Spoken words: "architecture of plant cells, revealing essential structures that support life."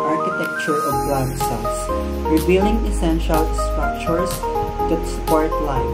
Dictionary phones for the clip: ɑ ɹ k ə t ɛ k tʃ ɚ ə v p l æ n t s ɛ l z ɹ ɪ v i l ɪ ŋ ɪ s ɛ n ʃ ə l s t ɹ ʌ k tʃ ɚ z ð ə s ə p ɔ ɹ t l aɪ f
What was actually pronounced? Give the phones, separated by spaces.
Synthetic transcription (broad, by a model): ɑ ɹ k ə t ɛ k tʃ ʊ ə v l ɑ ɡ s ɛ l s ɹ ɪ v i l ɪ ŋ ɪ s ɛ n ʃ ə l s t ɹ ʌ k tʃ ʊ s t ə s ə p ɔ ɹ t l aɪ